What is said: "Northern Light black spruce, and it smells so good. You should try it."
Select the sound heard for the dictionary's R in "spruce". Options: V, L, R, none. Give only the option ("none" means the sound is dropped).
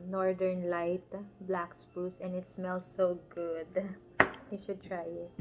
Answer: none